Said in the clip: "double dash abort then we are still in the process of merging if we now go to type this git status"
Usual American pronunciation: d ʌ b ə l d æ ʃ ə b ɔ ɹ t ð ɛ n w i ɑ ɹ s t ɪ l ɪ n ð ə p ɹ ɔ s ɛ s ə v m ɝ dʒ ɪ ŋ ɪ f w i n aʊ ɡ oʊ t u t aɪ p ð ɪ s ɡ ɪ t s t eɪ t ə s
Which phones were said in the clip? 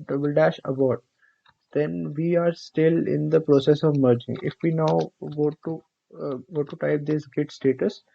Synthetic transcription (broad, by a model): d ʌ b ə l d æ ʃ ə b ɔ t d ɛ n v i ɑ ɹ s t ɪ l ɪ n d ə p ɹ ɔ s ɛ s ə v m ɝ dʒ ɪ ŋ ɪ f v i n aʊ ɡ oʊ t u t aɪ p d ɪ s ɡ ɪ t s t eɪ t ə s